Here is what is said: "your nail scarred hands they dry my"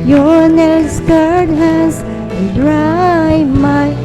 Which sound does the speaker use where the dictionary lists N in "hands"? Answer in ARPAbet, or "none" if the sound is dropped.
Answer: none